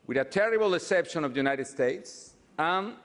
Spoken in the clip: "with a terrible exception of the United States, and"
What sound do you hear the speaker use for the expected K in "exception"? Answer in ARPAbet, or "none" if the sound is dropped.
none